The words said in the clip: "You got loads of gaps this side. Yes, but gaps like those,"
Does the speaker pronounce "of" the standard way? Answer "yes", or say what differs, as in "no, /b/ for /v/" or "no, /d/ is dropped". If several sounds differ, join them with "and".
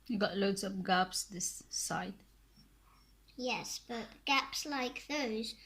no, /p/ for /v/